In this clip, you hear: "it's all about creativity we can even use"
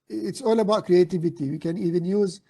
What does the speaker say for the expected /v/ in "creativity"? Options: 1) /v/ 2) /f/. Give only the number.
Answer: 1